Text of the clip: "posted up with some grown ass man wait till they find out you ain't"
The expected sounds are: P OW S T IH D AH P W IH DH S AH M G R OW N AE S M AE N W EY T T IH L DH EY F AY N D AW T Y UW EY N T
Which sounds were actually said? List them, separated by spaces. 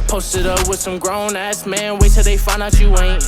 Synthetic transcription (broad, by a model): P OW S T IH D AH P W IH DH S AH M G R OW N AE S M AE N W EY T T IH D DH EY F AY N AW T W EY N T